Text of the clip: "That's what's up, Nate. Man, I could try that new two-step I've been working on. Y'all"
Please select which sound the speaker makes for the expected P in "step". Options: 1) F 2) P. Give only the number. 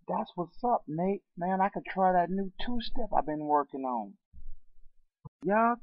1